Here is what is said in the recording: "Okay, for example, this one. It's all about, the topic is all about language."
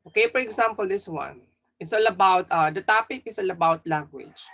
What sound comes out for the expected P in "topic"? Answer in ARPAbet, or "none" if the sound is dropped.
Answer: P